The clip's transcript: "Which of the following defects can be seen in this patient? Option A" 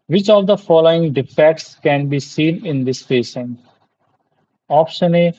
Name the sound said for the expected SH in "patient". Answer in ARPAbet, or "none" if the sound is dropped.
S